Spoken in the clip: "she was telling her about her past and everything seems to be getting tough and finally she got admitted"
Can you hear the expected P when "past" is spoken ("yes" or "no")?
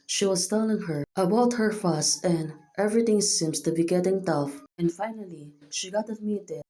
no